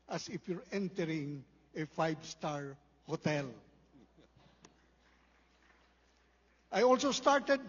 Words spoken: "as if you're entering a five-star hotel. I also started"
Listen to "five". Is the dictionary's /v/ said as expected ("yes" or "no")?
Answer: no